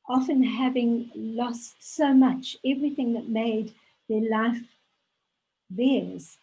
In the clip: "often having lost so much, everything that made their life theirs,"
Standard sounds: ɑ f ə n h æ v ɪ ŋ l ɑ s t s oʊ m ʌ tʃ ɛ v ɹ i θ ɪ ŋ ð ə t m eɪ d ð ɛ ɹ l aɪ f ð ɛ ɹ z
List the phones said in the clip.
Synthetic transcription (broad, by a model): ɑ f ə n h æ v ɪ ŋ l ɑ s t s oʊ m ʌ tʃ ɛ v ɹ i θ ɪ ŋ ð ə t m eɪ d ð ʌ ɹ l aɪ f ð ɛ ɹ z